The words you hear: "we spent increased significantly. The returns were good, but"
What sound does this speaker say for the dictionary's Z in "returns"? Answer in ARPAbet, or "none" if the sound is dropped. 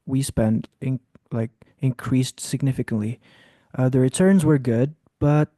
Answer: Z